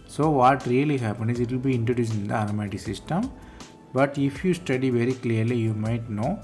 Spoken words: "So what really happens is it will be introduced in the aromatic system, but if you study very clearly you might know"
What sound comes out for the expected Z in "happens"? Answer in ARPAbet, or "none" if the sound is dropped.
none